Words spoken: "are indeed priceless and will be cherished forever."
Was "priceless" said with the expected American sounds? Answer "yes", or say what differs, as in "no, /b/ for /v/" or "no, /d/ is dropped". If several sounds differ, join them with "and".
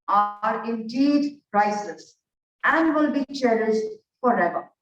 no, /l/ is dropped